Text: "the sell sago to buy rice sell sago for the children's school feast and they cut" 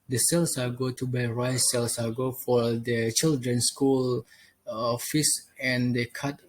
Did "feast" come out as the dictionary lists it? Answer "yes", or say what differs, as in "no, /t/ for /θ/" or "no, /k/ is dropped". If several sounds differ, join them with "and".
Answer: no, /t/ is dropped